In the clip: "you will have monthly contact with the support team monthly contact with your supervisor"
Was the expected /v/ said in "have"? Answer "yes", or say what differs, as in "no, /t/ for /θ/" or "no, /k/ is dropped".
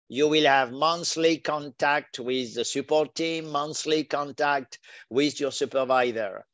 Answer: yes